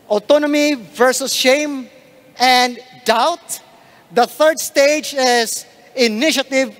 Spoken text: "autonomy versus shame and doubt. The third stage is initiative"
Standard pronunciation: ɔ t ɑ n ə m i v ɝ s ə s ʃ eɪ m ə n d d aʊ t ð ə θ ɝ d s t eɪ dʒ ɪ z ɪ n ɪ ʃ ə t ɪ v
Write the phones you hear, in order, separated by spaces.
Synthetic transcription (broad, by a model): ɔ t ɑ n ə m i v ɝ s ə s ʃ eɪ m ə n d d aʊ t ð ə θ ɝ d s t eɪ dʒ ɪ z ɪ n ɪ ʃ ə t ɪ v